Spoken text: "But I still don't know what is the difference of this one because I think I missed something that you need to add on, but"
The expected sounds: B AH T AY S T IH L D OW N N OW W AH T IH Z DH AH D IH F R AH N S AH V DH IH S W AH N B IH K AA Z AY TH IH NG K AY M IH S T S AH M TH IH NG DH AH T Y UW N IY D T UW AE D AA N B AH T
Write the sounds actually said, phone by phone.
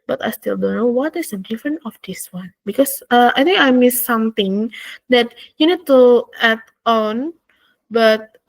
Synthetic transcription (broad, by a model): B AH T AY S T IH L D OW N N OW W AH T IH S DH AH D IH F R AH N AH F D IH S W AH N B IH K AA S AY T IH NG K AY M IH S S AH M T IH NG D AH T Y UW N IY D T UW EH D AA N B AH T